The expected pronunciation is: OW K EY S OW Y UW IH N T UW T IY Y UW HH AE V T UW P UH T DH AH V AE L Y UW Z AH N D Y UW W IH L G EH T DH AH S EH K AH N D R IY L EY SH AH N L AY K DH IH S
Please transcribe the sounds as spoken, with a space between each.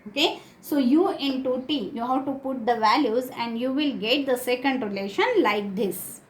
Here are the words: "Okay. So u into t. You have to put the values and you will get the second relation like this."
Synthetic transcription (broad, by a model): OW K EY S OW Y UW IH N T UW T IY Y UW HH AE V T UW P UH T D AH V AE L Y UW Z AH N D Y UW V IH L G EH T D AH S EH K AH N D R IY L EY SH AH N L AY K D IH S